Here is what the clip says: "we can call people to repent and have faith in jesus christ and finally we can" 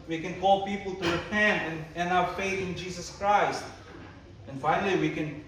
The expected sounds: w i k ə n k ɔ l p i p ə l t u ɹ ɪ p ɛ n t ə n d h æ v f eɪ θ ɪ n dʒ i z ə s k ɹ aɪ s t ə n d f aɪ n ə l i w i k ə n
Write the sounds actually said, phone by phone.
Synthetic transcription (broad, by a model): w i k ə n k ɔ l p i p ə l t u ɹ ɪ p ɛ n t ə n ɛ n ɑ f eɪ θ ɪ n dʒ i s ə s k ɹ aɪ s t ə n f aɪ n ə l i w i k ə n